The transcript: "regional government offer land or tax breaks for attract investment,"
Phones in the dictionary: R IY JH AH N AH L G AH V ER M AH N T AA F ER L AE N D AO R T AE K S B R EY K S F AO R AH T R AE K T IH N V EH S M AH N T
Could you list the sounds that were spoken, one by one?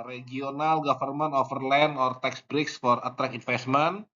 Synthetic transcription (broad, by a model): R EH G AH N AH L G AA F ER M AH N AA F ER L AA N AO R T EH K S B R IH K S F AO R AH T R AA K IH N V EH S M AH N